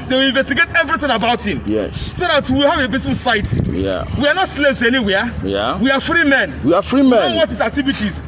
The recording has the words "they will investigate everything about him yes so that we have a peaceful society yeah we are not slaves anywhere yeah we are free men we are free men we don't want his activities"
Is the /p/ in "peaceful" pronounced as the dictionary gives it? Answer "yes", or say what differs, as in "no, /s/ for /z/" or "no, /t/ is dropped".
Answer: no, /b/ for /p/